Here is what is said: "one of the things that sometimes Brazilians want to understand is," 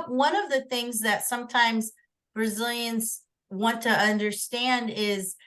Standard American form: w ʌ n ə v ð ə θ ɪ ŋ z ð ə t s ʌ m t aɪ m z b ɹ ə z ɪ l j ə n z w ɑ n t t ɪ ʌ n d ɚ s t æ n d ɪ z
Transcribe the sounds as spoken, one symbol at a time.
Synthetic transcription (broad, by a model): w ʌ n ə v ð ə θ ɪ ŋ z ð ə t s ʌ m t aɪ m z b ɹ ə z ɪ l j ə n z w ɑ n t t ɪ ʌ n d ɚ s t æ n d ɪ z